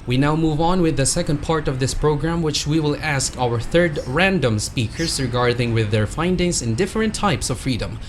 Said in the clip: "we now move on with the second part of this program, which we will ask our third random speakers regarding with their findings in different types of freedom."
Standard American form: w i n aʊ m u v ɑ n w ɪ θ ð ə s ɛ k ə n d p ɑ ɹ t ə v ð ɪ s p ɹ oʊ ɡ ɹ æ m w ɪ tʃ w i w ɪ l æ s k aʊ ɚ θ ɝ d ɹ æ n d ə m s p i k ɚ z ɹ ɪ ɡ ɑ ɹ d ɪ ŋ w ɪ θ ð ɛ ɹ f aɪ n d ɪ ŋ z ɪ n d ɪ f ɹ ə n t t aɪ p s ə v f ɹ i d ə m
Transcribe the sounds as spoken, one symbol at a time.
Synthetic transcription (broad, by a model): w i n aʊ m u v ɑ n w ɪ ð ə s ɛ k ə n d p ɑ ɹ t ə v ð ɪ s p ɹ oʊ ɡ ɹ æ m w ɪ tʃ w i w ɪ l æ s k aʊ ɚ θ ɝ d ɹ æ n d ə m s p i k ɚ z ɹ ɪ ɡ ɑ ɹ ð ɪ ŋ w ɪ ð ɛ ɹ f aɪ n d ɪ ŋ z ɪ n d ɪ f ɹ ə n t t aɪ p s ə v f ɹ i d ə m